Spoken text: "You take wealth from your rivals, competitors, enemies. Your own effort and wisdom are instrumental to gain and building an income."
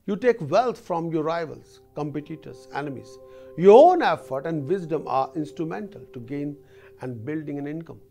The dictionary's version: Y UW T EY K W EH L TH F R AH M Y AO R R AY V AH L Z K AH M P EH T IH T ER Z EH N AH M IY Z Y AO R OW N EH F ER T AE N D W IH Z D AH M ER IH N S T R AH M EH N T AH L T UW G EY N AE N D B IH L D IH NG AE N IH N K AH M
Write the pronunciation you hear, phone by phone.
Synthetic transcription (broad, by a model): Y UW T EY K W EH L T F R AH M Y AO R R AY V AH L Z K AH M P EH T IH T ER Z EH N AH M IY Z Y AO R OW N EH F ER T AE N D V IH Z D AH M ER IH N S T R AH M EH N T AH L T UW G EY N AE N D B IH L D IH NG AE N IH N K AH M